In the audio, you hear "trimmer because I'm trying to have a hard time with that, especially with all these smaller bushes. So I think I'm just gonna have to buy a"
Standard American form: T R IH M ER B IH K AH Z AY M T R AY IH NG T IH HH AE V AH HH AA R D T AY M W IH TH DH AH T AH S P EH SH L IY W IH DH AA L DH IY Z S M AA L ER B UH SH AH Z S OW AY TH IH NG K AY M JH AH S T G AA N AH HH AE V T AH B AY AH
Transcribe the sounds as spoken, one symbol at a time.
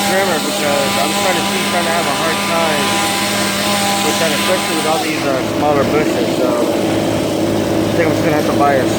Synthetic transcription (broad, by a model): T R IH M ER B IH K AH Z AY M T R AY IH NG T IH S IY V AH HH AA R D T AY M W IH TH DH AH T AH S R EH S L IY W IH DH AA L DH IY Z S M AA L ER B UH SH AH Z S OW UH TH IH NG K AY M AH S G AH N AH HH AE F T AH B AY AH